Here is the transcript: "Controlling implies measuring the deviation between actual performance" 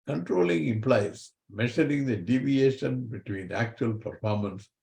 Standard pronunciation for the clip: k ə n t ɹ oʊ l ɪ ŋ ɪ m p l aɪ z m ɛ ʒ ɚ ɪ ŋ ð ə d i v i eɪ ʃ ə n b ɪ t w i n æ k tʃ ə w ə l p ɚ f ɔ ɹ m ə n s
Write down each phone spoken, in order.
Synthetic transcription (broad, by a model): k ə n t ɹ oʊ l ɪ ŋ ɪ m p l aɪ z m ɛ ʃ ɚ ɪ ŋ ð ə d i v i eɪ ʃ ə n b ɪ t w i n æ k tʃ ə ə l p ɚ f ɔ ɹ m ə n s